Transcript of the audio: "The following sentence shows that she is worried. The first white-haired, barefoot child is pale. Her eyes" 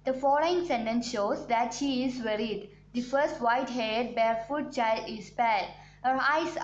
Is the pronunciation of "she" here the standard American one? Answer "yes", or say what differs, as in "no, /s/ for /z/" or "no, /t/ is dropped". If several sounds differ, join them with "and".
yes